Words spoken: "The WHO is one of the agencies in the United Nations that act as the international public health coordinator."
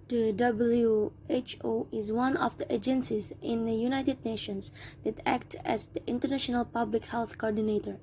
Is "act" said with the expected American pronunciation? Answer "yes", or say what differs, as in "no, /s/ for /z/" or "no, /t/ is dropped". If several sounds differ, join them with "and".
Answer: yes